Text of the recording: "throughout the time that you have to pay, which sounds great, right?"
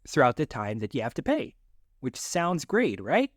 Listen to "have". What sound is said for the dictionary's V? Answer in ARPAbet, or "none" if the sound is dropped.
F